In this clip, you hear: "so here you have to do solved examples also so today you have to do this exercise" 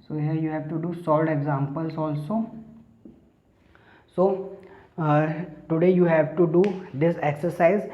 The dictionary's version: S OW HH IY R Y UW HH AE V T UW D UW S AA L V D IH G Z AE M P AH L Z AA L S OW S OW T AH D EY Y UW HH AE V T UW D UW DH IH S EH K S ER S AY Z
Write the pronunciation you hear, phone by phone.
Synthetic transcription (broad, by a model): S OW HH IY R Y UW HH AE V T UW D UW S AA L D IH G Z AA M P AH L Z AA L S OW S OW T AH D EY Y UW HH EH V T UW D UW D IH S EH K S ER S AY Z